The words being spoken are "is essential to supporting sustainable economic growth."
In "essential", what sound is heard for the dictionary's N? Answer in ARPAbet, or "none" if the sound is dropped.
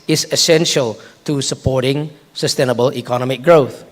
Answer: N